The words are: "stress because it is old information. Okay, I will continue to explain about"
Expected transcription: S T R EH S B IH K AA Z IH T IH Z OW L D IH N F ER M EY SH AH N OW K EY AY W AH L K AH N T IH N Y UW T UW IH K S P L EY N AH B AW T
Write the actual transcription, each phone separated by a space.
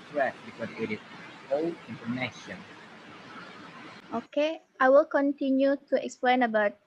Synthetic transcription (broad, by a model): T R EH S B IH K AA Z IH T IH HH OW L IH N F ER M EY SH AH N OW K EY AY W AH L K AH N T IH N Y UW T UW IH K S P L EY N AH B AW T